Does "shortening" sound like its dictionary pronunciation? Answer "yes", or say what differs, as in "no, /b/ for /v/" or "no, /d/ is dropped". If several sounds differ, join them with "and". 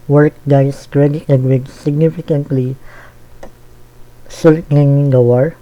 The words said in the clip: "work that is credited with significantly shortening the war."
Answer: no, /s/ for /ʃ/